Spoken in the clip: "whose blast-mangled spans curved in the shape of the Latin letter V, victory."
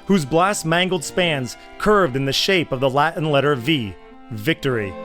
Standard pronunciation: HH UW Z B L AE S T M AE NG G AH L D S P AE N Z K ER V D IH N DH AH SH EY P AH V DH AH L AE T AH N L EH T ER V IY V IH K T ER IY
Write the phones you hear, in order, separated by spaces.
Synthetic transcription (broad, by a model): HH UW Z B L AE S M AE NG G L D S P AE N Z K ER V D IH N DH AH SH EY P AH V DH AH L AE T N L EH T ER V IY V IH K T ER IY